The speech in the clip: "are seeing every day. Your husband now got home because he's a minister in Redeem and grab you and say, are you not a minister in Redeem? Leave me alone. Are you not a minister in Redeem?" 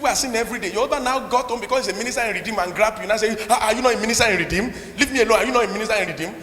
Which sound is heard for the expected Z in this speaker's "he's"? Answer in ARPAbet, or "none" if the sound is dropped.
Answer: S